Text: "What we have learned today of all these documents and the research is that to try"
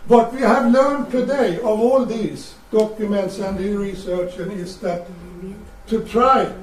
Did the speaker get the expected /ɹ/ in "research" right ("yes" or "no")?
yes